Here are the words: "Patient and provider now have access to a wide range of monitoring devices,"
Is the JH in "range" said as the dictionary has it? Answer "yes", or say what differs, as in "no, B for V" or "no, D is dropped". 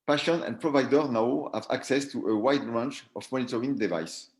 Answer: no, CH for JH